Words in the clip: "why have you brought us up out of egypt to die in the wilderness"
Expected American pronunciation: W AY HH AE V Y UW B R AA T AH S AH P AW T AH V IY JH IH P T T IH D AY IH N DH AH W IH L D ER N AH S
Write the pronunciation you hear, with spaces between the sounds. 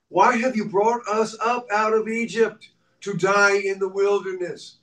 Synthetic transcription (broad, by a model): W AY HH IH V Y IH B R AA T AH S AH P AW T AH V IY JH IH P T T IH D AY IH N DH AH W IH L D ER N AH S